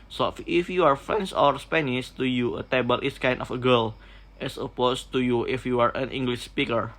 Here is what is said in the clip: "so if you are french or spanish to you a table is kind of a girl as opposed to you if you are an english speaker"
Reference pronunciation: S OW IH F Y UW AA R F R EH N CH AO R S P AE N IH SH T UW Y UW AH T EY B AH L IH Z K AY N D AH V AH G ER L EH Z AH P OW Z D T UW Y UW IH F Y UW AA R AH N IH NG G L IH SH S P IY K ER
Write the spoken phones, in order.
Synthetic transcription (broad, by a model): S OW IH F Y UW AA R F R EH N S AO R S P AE N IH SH T UW Y UW AH T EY B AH L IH S K AY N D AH F AH G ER L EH S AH P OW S T UW Y UW IH F Y UW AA R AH N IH NG G L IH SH S P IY K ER